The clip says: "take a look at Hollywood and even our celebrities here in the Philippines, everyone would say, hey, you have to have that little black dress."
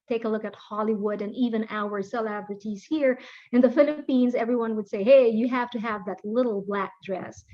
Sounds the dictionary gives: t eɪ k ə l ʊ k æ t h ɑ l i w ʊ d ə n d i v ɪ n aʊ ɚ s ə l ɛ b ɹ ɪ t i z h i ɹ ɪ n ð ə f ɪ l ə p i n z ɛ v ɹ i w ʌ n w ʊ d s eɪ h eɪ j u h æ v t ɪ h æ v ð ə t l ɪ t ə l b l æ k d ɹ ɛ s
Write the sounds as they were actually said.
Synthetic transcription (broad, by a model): t eɪ k ə l ʊ k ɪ t h ɑ l i w ʊ d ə n i v ɪ n aʊ ɚ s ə l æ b ɹ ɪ t i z h i ɹ ɪ n ð ə f ɪ l ə p i n z ɛ v ɹ i w ʌ n w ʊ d s eɪ h eɪ j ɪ h æ f t ɪ h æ v ð ə t l ɪ t l b l æ k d ɹ ɛ s